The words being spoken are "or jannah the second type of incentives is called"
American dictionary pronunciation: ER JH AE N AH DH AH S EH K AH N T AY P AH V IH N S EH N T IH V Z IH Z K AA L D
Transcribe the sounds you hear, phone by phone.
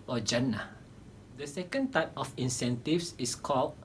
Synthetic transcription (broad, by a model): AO JH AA N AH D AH S EH K AH N T AY P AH F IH N S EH N T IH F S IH S K AA L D